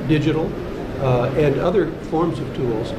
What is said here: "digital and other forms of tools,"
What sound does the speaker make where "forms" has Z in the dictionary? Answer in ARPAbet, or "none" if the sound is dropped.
Z